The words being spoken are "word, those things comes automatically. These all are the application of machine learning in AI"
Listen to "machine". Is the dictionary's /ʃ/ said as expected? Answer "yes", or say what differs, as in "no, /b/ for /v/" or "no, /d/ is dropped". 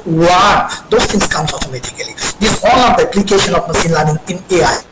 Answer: no, /s/ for /ʃ/